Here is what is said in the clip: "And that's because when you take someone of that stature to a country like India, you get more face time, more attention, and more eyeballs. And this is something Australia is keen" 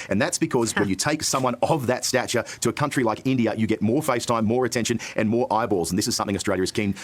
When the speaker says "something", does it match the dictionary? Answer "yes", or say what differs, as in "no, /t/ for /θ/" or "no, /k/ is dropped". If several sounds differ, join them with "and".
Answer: yes